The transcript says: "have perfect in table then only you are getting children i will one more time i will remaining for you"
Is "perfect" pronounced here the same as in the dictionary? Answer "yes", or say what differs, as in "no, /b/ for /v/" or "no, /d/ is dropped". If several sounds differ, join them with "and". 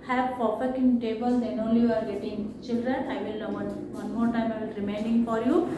no, /t/ is dropped